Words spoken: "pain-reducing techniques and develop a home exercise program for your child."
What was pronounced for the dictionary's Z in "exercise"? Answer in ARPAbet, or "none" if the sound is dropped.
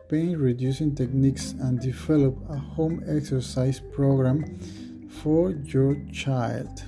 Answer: S